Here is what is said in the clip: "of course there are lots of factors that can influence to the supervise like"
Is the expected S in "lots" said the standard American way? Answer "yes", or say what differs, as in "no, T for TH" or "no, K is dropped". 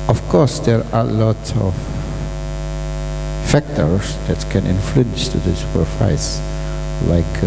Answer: no, S is dropped